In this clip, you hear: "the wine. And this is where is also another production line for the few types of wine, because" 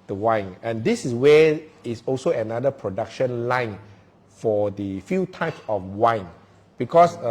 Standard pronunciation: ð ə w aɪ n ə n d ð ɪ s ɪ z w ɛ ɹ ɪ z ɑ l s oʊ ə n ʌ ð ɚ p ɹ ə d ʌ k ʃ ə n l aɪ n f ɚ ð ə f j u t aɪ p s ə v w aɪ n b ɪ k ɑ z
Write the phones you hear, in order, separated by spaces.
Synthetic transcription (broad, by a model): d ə w aɪ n ə n d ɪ s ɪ s w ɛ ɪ s ɑ l s oʊ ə n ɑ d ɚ p ɹ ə d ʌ k ʃ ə n l aɪ n f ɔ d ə f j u t aɪ p s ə f w aɪ n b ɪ k ɑ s